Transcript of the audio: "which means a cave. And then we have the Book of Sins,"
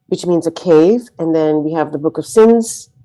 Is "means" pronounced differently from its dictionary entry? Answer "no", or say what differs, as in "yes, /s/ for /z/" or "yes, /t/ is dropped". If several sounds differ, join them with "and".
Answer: no